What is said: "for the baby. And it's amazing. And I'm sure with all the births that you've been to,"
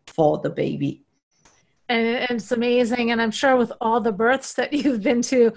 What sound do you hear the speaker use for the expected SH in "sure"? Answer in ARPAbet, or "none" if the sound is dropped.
SH